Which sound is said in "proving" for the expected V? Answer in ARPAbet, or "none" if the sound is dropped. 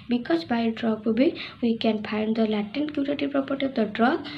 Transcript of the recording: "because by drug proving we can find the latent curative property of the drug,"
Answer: B